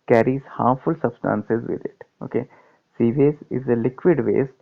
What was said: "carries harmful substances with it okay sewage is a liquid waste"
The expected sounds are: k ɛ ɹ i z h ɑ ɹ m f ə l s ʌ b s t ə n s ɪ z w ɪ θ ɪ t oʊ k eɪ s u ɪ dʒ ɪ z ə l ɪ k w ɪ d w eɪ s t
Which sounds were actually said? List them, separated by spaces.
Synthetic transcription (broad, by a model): k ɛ ɹ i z h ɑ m f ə l s ʌ b s t ə n s ɪ z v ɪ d ɪ t oʊ k eɪ s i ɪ z ɪ z ə l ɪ k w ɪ d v eɪ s